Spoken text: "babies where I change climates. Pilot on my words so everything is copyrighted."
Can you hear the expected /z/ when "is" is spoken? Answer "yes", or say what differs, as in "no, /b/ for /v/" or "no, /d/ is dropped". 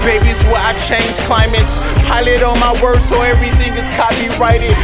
no, /s/ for /z/